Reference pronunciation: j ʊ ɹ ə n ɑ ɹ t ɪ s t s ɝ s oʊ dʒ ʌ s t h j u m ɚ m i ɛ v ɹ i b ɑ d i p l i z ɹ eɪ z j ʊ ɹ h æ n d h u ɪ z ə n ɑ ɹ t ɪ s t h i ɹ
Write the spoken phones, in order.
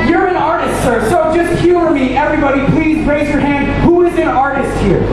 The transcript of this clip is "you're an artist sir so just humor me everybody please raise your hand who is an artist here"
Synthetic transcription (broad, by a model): j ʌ ɹ ə n ɑ ɹ t ɪ s t s ɝ s oʊ dʒ ʌ s t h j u ɚ m i ɛ v ɹ i b ɑ d i p l i z ɹ eɪ z j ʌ ɹ h æ n d h u ɪ z ə n ɑ ɹ t ɪ s t h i ɹ